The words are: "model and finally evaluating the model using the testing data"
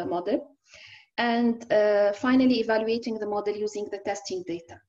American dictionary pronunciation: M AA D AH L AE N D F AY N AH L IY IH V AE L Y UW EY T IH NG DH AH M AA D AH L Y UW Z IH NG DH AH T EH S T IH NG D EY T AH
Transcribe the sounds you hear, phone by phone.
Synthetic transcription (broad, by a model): M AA D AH L AE N D F AY N AH L IY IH V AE L Y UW EY T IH NG DH AH M AA D AH L Y UW Z IH NG DH AH T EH S T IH NG D EY T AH